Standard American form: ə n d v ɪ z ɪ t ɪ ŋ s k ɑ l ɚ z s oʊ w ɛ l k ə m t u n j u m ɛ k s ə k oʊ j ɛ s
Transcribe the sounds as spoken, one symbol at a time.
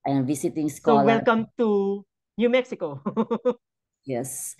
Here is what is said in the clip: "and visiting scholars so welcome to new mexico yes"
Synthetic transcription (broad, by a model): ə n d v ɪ s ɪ t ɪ ŋ s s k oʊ w ɛ l k ə m t u n j u m ɛ k s ə k oʊ j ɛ s